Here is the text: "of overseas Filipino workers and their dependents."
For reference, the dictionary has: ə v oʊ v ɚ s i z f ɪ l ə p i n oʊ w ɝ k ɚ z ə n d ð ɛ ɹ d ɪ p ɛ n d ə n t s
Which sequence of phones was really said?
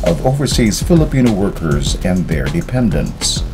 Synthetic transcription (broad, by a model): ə v oʊ v ɚ s i z f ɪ l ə p i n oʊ w ɝ k ɚ z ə n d ð ɛ ɹ d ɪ p ɛ n d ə n t s